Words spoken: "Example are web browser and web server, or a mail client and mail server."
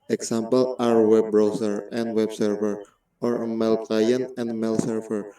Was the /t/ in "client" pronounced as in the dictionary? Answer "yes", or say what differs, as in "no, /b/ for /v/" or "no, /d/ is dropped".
no, /t/ is dropped